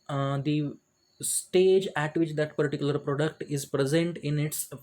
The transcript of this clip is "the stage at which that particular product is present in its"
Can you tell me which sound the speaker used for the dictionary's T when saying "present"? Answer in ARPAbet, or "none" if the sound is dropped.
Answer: T